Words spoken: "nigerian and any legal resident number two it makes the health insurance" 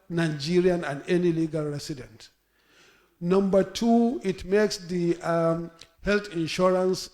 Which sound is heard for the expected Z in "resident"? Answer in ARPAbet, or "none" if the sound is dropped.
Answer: S